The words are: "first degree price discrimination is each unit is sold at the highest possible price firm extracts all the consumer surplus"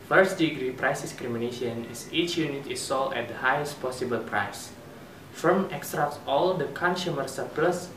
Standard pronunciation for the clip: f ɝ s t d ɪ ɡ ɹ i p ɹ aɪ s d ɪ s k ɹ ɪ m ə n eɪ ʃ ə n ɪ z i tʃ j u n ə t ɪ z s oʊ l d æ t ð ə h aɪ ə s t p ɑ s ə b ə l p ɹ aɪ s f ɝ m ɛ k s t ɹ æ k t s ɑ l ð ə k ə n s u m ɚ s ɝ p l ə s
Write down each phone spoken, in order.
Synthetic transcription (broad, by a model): f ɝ s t d ɪ ɡ ɹ i p ɹ aɪ s d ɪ s k ɹ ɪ m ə n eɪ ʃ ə n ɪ s i tʃ j u n ə t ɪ s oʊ l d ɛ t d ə h aɪ ə s t p ɑ s ə b ə l p ɹ aɪ s f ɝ m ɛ k s t ɹ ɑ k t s ɑ l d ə k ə n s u m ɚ s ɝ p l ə s